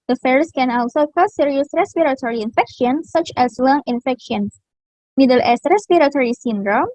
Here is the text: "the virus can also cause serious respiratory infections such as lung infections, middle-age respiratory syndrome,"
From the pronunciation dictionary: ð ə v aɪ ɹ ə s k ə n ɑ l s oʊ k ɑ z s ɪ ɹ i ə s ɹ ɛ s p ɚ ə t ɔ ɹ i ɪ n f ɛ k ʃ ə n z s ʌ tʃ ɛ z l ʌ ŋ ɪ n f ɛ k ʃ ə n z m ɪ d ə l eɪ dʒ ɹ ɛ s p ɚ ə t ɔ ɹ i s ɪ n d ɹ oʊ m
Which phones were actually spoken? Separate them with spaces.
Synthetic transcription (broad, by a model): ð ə f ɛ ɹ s k ə n ɑ l s oʊ k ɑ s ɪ ɹ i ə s ɹ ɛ s p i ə t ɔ ɹ i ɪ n f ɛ k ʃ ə n s ʌ tʃ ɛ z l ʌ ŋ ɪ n f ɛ k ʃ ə n s m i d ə l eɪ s ɹ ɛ s p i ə t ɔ ɹ i s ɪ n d ɹ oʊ m